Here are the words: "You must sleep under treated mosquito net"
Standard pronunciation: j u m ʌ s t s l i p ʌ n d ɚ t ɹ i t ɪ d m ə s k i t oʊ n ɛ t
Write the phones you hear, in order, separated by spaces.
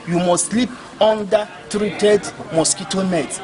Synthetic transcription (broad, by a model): j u m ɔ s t s l i p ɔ n d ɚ t ɹ i t ɪ d m ə s k i t oʊ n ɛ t